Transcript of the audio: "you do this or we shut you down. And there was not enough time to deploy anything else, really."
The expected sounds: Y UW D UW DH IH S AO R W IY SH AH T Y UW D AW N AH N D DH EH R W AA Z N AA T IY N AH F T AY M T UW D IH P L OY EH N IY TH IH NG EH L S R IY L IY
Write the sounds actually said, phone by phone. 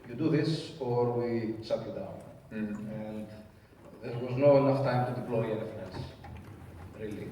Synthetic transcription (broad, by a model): Y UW D UW DH IH S AO R W IY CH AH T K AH D AW N AH N D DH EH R W AA Z N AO IY N AH F T AY M T UW D IH P L OY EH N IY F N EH N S R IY L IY